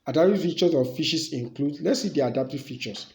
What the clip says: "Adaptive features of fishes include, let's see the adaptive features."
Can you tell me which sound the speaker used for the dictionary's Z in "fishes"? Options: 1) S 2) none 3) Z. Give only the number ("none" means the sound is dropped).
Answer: 1